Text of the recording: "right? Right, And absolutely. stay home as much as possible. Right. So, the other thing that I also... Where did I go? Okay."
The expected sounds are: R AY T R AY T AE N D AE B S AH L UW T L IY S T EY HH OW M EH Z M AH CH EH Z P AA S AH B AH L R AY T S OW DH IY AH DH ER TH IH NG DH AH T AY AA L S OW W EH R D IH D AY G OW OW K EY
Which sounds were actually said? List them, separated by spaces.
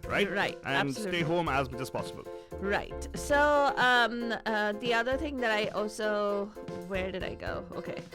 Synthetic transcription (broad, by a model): R AY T R AY T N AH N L S T EY HH OW M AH Z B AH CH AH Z P AA S AH B AH L R AY T S OW DH IY AH DH ER TH IH NG DH AH T AY AA L S OW W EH R D IH D AY G OW OW K EY